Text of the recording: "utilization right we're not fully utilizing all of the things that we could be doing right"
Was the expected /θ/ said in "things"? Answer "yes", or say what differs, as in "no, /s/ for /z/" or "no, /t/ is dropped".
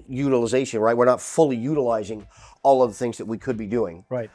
yes